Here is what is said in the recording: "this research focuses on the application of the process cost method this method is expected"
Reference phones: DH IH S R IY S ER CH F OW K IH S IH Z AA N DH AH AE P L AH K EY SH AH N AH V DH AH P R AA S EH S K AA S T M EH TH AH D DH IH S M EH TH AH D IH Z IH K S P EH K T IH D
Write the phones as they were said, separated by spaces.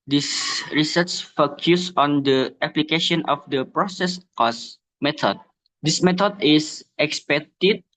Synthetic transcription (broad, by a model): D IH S R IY S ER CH F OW K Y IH S AA N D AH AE P L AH K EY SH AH N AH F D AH P R AA S EH S K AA S M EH T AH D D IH S M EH T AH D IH S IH K S P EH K T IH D